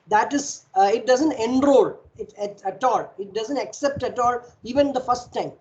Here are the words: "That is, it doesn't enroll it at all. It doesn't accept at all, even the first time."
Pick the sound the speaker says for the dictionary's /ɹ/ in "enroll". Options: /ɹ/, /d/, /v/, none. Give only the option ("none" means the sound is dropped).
/ɹ/